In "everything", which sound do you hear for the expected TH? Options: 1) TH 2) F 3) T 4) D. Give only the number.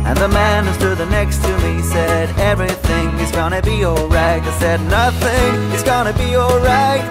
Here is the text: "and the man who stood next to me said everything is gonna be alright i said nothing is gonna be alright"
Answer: 1